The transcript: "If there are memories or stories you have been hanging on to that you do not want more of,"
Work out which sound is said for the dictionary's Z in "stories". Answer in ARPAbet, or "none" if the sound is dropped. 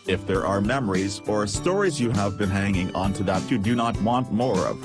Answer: Z